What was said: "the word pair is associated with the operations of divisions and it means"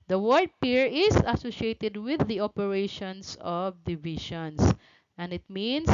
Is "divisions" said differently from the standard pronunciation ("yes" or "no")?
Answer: yes